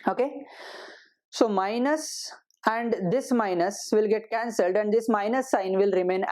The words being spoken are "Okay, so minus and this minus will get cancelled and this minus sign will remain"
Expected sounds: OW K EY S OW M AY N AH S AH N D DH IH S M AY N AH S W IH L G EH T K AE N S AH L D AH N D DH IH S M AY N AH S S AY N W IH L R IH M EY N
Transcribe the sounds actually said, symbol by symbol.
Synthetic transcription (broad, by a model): OW K EY S OW M AY N AH S AH N D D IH S M AY N AH S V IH L G EH T K AE N S AH L D AH N D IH S M AY N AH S S AY N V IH L R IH M EY N